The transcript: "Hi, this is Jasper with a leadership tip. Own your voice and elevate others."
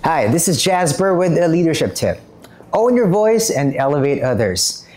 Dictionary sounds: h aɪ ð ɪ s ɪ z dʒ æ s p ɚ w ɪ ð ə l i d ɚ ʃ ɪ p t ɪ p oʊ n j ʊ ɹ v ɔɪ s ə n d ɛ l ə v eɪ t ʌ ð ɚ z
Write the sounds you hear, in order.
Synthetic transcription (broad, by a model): h aɪ ð ɪ s ɪ z dʒ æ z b ɚ w ɪ ð ə l i d ɚ ʃ ɪ p t ɪ p oʊ n j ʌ ɹ v ɔɪ s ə n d ɛ l ə v eɪ t ʌ ð ɚ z